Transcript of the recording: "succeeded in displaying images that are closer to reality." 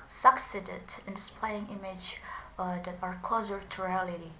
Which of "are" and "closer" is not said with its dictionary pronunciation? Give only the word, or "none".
closer